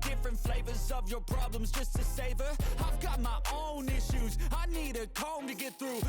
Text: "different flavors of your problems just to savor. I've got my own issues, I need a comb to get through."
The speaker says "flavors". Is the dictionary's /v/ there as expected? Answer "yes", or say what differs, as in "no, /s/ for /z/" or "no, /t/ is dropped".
yes